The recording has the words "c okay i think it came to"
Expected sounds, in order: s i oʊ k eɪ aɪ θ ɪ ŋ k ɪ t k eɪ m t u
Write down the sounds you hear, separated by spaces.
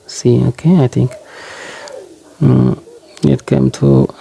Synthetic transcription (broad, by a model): s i oʊ k eɪ aɪ t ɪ ŋ k ɪ t k eɪ m t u